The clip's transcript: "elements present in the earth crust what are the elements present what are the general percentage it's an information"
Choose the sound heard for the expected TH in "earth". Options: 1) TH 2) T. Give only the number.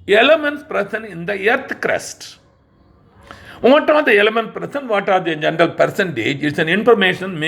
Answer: 2